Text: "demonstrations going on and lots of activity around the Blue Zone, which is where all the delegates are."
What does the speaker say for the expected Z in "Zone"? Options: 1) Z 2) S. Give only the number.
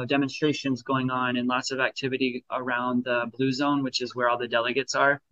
1